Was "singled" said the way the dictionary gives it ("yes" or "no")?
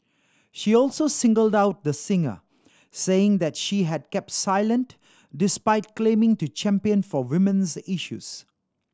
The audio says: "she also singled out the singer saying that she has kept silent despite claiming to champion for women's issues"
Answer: yes